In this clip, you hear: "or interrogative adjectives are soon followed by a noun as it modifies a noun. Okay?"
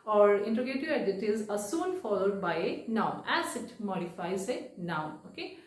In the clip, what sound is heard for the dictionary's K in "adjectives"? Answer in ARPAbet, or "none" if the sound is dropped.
none